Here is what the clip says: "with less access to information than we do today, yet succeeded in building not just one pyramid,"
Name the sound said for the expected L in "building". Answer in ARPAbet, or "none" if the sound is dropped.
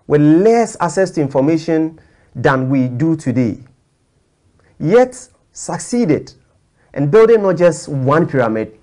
none